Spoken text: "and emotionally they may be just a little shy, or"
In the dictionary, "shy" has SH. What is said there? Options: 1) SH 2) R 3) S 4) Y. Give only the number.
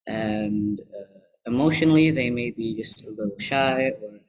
1